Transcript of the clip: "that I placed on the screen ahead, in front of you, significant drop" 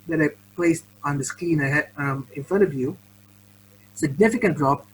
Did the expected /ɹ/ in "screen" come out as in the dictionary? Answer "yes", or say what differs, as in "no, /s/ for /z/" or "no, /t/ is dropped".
no, /ɹ/ is dropped